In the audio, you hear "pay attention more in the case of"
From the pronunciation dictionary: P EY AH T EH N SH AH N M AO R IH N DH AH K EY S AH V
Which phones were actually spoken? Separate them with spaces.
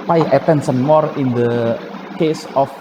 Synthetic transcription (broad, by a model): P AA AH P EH N S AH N M AO R IH N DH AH K EY S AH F